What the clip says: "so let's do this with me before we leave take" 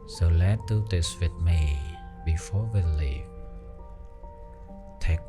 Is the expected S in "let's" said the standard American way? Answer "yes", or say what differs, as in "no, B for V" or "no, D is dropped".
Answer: no, S is dropped